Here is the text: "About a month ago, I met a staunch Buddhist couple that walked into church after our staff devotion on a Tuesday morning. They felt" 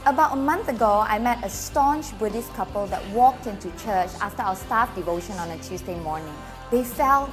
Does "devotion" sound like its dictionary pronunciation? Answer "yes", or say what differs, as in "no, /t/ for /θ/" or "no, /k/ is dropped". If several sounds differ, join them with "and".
yes